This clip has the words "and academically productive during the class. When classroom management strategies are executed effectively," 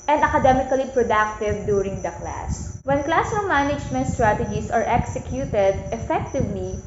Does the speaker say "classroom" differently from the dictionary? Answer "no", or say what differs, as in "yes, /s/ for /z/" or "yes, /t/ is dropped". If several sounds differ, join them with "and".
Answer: yes, /ɹ/ is dropped